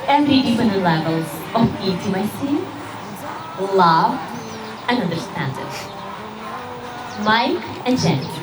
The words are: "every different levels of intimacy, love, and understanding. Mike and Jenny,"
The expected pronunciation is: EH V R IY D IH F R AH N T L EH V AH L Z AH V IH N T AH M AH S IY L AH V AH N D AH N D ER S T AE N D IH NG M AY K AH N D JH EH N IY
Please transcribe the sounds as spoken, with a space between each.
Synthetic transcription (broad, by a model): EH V R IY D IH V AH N L EH V AH L Z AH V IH T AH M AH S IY L AH V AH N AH N D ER S T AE N D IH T M AY K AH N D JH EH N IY